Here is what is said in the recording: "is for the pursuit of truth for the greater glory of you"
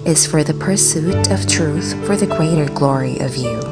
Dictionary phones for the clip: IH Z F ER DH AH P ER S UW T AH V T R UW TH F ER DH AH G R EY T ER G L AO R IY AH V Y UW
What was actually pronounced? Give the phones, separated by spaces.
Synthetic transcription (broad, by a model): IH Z F ER DH AH P ER S UW T AH V T R UW TH F ER DH AH G R EY T ER G L AO R IY AH V Y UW